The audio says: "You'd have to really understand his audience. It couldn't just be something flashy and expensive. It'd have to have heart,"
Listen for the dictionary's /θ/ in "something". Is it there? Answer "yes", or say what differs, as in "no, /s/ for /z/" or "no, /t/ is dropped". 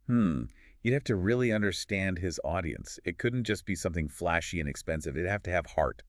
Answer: yes